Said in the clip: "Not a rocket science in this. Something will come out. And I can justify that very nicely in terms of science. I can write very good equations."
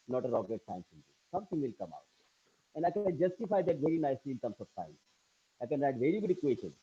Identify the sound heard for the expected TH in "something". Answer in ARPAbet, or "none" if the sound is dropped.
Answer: T